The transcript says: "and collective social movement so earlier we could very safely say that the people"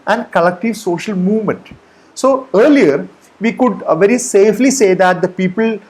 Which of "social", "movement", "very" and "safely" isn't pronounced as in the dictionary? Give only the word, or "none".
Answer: none